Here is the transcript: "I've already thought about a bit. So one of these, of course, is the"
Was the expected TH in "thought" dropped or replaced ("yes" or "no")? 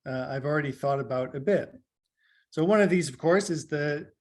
no